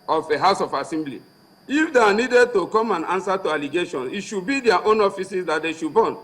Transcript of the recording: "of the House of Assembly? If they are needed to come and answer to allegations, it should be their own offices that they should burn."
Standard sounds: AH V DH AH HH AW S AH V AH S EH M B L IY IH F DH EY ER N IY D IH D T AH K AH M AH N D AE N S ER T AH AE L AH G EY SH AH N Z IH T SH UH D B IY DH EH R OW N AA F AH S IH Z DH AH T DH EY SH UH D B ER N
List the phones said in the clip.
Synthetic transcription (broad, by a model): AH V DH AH HH AW S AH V AH S EH M B L IY IH F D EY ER N IY D IH D T AH K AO M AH N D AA N S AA T AH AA L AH G EY SH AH N IH T SH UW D B IY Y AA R OW N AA F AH S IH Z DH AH T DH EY SH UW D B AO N